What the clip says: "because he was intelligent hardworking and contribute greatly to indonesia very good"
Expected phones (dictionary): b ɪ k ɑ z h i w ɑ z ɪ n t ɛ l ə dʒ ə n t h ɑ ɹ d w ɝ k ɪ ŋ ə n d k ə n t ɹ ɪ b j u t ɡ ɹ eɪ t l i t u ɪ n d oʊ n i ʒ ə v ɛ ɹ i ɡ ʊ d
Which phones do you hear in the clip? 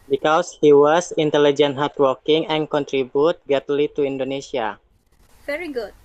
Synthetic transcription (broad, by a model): b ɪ k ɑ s h i w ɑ s ɪ n t ɛ l ə dʒ ə n t h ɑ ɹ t w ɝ k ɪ ŋ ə n k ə n t ɹ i b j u t ɡ eɪ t l i t u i n d oʊ n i s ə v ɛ ɹ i ɡ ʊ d